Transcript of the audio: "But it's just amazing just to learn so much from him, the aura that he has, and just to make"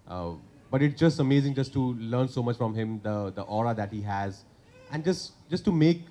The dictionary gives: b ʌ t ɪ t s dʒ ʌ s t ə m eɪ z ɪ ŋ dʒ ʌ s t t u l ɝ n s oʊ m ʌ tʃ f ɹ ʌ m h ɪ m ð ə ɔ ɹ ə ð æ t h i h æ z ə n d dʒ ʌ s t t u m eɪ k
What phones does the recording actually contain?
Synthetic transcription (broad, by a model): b ʌ t ɪ t s dʒ ʌ s t ə m eɪ z ɪ ŋ dʒ ʌ s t t u l ɝ n s oʊ m ʌ tʃ f ɹ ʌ m h ɪ m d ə ɔ ɹ ə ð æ t h i h æ z ə n d dʒ ʌ s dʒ t u m eɪ k